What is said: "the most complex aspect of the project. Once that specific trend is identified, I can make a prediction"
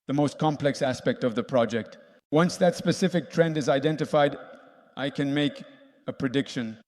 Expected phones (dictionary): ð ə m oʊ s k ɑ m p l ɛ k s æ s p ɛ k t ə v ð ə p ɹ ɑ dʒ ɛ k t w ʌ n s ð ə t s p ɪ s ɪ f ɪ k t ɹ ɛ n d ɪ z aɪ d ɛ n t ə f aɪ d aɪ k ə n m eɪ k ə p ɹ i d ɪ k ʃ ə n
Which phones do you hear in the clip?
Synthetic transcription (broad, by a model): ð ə m oʊ s k ɑ m p l ɛ k s æ s p ɛ k t ə v ð ə p ɹ ɑ dʒ ɛ k t w ʌ n s ð ə t s p ɪ s ɪ f ɪ k t ɹ ɛ n d ɪ z aɪ d ɛ n t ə f aɪ d aɪ k ə n m eɪ k ə p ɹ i d ɪ k ʃ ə n